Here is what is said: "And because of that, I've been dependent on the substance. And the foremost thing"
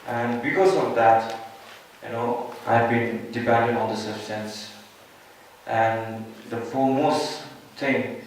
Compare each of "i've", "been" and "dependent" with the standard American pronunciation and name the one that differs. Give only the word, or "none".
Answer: dependent